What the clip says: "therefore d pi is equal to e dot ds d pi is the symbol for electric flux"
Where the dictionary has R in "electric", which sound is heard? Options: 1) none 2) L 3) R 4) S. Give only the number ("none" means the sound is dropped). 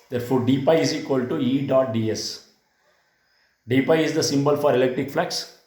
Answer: 3